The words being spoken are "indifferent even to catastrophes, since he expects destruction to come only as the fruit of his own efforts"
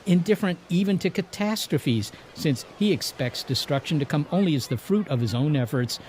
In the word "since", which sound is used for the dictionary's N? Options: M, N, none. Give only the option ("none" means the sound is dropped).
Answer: N